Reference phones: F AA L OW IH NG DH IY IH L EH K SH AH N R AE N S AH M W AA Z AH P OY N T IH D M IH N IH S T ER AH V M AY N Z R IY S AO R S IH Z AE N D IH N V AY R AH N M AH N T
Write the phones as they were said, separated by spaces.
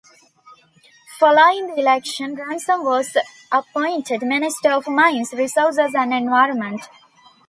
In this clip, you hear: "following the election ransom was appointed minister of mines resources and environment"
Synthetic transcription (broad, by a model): F AA L OW IH NG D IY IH L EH K SH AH N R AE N S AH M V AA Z AH P OY N T IH D M IH N IH S T ER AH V M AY N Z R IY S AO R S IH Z AE N D IH N V AY R AH N M AH N T